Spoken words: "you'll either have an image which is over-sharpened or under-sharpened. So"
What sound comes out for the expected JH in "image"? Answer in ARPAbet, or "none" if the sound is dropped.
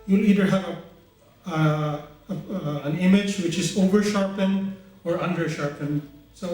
JH